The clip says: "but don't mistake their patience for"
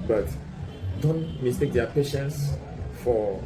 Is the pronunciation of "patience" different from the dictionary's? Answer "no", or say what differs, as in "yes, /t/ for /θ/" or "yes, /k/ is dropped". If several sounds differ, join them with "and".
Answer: no